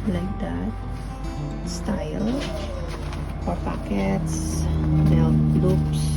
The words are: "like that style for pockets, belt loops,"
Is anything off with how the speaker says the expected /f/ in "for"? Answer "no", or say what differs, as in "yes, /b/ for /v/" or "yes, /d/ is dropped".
yes, /p/ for /f/